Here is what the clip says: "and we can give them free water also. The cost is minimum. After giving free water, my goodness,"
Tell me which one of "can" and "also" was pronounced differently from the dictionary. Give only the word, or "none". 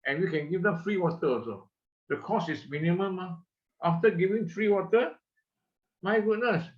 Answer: also